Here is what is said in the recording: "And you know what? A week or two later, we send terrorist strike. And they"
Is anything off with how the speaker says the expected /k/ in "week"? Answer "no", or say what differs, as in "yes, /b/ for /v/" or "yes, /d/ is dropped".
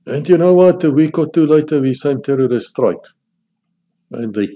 no